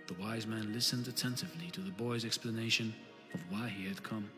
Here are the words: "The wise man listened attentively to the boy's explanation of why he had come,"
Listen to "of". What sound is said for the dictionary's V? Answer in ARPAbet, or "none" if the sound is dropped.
V